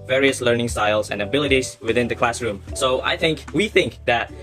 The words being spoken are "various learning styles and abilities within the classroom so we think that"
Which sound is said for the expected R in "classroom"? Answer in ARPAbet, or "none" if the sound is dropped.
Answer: R